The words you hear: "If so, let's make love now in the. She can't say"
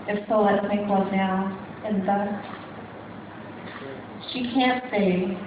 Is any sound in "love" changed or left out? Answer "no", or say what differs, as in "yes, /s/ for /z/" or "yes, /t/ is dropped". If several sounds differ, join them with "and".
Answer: yes, /w/ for /l/